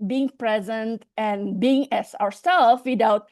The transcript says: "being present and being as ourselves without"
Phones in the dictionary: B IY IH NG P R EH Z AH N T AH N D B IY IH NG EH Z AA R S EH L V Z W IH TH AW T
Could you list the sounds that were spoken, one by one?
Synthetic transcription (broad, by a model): B IY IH NG P R EH Z AH N T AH N B IY IH NG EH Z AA R S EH L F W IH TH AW T